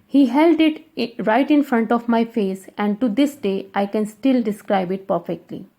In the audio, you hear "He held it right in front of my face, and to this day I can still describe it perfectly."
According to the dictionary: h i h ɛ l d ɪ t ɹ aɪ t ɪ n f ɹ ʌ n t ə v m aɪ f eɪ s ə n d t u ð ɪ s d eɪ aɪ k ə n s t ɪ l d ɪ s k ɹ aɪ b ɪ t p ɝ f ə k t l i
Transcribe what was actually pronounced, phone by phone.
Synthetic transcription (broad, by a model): h i h ɛ l d ɪ t ɹ aɪ t ɪ n f ɹ ʌ n t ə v m aɪ f eɪ s ə n d t u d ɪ s d eɪ aɪ k ə n s t ɪ l d ɪ s k ɹ aɪ b ɪ t p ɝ f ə k t l i